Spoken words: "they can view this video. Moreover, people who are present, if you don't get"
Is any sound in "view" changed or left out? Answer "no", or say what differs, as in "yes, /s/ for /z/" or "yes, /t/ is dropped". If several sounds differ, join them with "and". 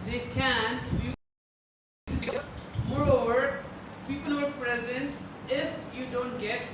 yes, /f/ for /v/